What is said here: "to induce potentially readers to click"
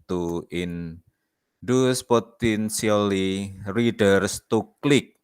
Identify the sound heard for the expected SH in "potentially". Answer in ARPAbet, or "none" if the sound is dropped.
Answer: S